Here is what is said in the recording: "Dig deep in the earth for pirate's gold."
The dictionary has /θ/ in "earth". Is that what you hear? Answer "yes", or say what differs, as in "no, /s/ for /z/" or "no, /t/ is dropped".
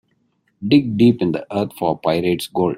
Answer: no, /t/ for /θ/